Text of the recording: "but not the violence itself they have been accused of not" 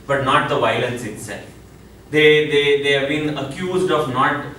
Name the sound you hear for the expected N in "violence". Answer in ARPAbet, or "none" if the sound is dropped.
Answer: N